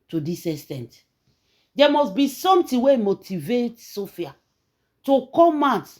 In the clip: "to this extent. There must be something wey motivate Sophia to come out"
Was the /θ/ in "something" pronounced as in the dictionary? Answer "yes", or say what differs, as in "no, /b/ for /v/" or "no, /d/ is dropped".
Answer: no, /t/ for /θ/